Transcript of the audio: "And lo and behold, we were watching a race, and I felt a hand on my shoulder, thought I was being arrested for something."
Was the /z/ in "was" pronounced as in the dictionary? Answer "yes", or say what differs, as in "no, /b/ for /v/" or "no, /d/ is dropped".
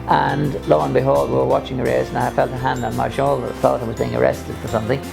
yes